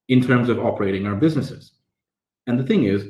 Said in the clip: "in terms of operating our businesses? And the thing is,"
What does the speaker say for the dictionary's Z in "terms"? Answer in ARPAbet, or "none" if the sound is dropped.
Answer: Z